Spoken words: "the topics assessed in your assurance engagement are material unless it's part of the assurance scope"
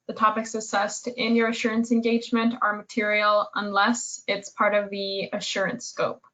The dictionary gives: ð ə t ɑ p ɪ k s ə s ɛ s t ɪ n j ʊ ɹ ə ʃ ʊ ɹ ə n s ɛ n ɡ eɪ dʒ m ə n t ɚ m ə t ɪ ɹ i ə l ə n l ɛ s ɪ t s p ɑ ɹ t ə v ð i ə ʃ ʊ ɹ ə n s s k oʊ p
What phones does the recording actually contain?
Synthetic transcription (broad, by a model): ð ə t ɑ p ɪ k s ə s ɛ s t ɪ n j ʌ ɹ ə ʃ ʊ ɹ ə n s ɛ n ɡ eɪ dʒ m ə n t ɚ m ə t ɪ ɹ i l ə n l ɛ s ɪ t s p ɑ ɹ t ə v ð i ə ʃ ʊ ɹ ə n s s k oʊ p